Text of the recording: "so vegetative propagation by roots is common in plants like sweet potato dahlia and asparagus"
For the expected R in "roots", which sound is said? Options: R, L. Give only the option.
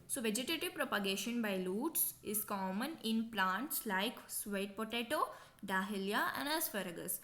L